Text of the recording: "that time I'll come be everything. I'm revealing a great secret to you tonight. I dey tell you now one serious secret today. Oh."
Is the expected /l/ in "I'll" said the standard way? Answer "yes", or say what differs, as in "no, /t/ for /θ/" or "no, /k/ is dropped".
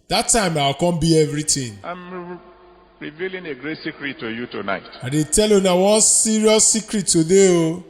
no, /w/ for /l/